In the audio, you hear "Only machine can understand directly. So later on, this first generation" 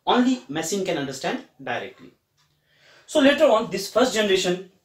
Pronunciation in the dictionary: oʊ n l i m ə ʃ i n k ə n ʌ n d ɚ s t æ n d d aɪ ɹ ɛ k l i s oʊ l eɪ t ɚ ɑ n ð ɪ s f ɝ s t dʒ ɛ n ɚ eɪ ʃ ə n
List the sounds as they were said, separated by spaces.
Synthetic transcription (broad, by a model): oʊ n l i m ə s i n k ə n ʌ n d ɚ s t æ n d d aɪ ɹ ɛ k l i s oʊ l eɪ t ɚ ɑ n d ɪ s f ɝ s t dʒ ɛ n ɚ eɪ ʃ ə n